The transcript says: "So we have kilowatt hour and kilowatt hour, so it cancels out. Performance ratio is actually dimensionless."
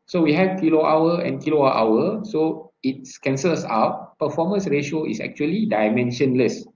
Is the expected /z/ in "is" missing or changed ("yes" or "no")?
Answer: yes